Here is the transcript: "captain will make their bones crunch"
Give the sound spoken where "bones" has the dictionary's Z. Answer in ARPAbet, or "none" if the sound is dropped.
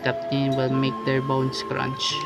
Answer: S